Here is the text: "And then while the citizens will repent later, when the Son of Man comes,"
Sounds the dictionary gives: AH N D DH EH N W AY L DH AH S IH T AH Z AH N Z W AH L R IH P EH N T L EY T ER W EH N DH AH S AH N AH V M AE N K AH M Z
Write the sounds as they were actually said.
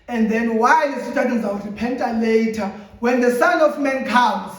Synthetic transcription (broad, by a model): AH N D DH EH N W AY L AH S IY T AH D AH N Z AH W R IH P EH N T L EY T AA W EH N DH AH S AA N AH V M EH N K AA M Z